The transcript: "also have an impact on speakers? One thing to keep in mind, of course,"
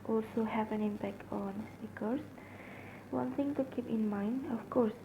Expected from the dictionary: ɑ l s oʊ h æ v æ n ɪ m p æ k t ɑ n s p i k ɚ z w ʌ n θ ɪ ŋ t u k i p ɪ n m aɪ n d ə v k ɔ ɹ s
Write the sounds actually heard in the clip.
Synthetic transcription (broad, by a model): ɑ l s oʊ h æ v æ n ɪ m p æ k t ɑ n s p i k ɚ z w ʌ n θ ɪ ŋ t u k i p ɪ n m aɪ n d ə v k ɔ ɹ s